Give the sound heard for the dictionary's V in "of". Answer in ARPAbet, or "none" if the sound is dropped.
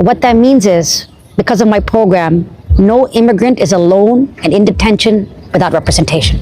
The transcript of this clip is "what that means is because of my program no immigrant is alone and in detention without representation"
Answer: V